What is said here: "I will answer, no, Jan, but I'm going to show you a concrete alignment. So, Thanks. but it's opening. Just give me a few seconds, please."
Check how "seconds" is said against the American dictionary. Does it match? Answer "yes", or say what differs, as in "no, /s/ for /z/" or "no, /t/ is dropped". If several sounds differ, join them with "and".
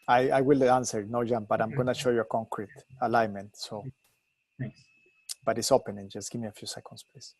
no, /s/ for /z/